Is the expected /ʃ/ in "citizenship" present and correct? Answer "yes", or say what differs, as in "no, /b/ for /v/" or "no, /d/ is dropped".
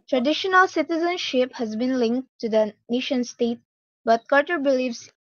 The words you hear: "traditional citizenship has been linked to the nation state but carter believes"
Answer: yes